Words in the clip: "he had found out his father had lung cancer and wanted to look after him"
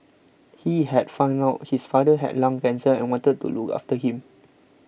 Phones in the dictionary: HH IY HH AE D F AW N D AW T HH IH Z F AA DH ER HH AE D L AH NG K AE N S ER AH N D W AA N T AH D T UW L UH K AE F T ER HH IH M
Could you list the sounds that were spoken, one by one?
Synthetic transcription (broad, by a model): HH IY HH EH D F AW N AW T HH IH S F AA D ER HH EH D L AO NG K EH N S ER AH N W AA N T AH D T UW L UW K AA F T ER HH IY M